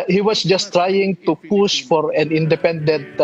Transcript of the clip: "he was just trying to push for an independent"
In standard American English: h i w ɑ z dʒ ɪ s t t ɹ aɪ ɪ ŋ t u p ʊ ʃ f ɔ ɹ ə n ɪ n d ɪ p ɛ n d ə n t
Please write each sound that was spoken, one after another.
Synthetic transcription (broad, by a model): h i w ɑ s dʒ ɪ s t t ɹ aɪ ɪ ŋ t u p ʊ s f ɔ ɹ ə n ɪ n d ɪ p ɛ n d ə n t